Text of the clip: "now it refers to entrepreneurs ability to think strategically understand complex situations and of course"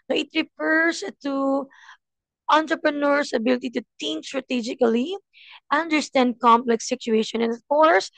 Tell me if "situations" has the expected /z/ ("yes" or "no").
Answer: no